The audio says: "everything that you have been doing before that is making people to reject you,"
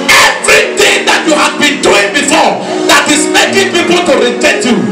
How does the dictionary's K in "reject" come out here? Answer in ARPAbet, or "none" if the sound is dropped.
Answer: none